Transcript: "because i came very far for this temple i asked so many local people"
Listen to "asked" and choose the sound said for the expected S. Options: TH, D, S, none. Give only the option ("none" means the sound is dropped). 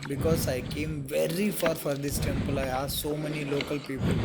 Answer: none